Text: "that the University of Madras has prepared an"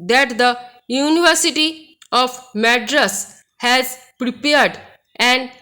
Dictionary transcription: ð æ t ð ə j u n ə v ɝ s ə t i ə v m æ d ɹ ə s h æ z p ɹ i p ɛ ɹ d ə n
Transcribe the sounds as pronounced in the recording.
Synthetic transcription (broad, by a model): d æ t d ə j u n ə v ɝ s ə t i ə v m æ d ɹ ə s h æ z p ɹ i p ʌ ɹ d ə n